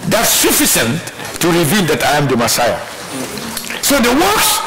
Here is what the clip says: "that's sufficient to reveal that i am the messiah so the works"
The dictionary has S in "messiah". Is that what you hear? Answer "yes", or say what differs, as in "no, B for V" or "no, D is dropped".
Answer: yes